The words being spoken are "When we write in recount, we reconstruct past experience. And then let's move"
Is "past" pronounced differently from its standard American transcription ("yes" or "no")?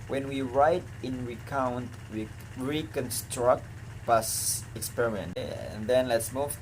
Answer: yes